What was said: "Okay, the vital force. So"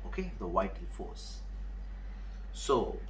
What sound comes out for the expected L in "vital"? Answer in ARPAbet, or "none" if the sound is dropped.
N